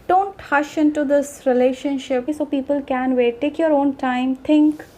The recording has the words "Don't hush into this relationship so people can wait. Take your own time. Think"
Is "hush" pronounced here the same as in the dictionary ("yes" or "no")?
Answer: yes